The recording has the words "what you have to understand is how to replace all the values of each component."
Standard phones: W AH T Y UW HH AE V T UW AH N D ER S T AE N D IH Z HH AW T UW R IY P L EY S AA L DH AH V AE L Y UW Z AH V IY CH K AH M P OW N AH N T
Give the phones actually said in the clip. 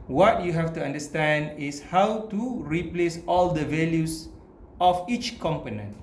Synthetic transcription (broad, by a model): W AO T Y UW HH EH F T UW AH N D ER S T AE N D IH S HH AW T UW R IY P L EY S AA L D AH V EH L Y UW S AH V IY CH K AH M P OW N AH N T